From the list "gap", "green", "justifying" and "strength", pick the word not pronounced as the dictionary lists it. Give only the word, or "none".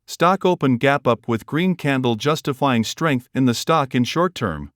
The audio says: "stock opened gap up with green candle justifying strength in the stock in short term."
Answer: none